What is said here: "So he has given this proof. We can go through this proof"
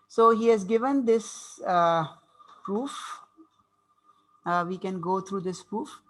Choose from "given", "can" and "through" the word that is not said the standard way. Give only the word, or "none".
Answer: through